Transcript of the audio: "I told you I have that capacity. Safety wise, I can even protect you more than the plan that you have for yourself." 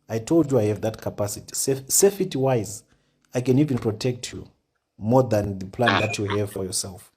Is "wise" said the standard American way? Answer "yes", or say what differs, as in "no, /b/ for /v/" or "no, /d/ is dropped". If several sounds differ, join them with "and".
yes